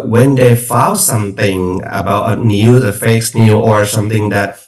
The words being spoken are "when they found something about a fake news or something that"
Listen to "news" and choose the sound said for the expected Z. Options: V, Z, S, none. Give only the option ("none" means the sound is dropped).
none